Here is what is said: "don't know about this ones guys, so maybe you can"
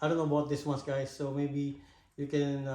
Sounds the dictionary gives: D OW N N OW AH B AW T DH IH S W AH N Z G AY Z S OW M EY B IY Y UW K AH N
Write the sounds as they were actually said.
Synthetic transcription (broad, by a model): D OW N N OW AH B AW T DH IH S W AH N S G AY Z S OW M EY B IY Y UW K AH N